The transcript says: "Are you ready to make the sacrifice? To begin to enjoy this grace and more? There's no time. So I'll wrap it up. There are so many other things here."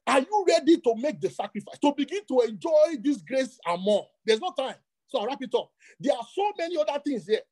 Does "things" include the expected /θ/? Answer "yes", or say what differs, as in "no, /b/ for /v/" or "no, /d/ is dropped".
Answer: no, /t/ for /θ/